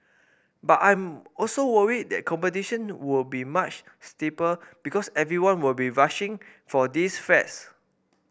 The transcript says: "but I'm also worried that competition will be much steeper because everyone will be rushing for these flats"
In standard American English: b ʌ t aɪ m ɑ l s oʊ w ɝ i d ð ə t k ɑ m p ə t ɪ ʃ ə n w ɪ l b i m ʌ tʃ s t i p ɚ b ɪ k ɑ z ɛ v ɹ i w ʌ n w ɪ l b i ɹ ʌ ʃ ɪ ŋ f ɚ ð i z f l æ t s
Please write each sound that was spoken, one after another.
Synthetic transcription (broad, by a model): b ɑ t aɪ m ɑ l s oʊ w ɝ i d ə t k ɑ m p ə t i ʃ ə n w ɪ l b i m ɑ tʃ s t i p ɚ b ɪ k ɑ s ɛ v ɹ i w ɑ n w ɪ l b i ɹ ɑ ʃ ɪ ŋ f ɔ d i s f ɛ t s